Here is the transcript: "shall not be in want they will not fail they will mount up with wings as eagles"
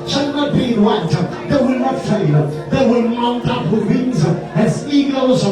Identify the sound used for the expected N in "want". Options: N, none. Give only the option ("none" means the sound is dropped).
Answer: none